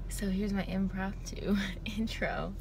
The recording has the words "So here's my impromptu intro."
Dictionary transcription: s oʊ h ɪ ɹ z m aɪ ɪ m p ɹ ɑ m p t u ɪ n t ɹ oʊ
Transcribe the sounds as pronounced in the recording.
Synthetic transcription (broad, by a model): s oʊ h ɪ ɹ z m aɪ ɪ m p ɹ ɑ p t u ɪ n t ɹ oʊ